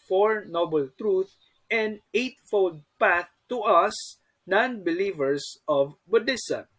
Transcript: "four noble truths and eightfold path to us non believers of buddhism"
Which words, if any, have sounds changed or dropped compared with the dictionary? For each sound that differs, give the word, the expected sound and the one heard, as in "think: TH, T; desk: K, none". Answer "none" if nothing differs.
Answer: truths: S, none; believers: Z, S